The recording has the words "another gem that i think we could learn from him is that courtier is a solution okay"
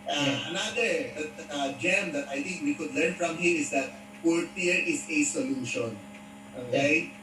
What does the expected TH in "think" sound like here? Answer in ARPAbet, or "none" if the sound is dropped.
T